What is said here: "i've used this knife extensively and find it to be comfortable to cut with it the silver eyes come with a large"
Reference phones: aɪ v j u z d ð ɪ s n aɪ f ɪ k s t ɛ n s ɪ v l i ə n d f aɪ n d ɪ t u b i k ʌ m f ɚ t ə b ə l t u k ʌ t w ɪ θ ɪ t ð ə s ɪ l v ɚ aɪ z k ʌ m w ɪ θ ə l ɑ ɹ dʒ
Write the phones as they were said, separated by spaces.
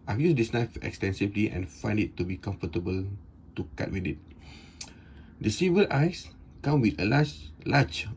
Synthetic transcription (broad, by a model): aɪ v j u s d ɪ s n aɪ f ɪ k s t ɛ n s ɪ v l i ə n f aɪ n d ɪ t u b i k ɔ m f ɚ t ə b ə l t u k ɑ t w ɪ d ɪ t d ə s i v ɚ aɪ s k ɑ m w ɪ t ə l ɑ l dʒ